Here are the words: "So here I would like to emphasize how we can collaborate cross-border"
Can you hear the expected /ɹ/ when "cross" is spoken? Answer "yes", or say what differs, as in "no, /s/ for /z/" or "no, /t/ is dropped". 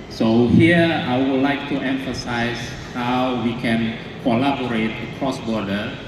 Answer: yes